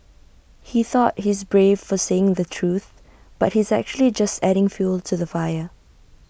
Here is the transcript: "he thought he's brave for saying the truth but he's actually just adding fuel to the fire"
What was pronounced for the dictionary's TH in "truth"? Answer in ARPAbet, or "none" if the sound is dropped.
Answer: TH